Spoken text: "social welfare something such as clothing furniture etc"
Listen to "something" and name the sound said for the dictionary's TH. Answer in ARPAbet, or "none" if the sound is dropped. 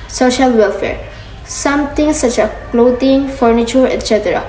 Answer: T